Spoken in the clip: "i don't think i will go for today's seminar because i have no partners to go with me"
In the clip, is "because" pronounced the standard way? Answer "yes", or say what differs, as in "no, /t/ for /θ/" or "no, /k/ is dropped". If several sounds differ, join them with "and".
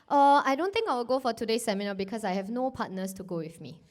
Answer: no, /s/ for /z/